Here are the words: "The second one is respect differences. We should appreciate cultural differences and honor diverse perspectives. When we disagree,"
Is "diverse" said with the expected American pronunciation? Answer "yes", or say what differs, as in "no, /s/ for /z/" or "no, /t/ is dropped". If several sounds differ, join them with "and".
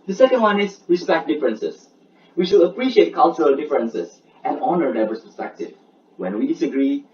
no, /b/ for /v/